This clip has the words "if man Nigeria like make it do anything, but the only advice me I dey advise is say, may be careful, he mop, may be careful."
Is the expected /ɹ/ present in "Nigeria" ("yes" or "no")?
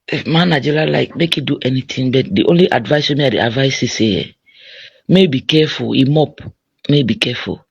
no